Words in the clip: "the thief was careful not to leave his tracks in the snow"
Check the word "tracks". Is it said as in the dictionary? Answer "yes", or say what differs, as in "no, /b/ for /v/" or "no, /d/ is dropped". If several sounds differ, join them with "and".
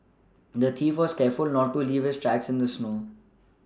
yes